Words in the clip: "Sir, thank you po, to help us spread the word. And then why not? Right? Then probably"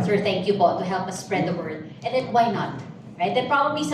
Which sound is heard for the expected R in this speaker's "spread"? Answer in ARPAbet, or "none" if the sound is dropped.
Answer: R